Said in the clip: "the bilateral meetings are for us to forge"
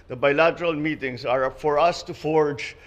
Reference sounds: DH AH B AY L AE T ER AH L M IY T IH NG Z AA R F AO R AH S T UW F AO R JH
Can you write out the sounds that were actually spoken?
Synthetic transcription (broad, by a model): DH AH B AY L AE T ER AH L M IY T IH NG S AA R F AO R AH S T UW F AO R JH